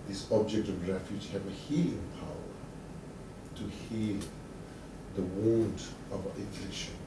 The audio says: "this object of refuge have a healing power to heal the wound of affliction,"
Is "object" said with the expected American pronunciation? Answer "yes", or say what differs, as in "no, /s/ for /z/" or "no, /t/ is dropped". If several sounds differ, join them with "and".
yes